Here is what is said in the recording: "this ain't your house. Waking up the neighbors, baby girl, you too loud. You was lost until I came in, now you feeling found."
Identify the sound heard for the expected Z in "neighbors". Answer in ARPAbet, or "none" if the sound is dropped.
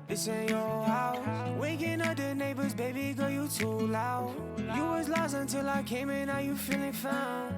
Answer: Z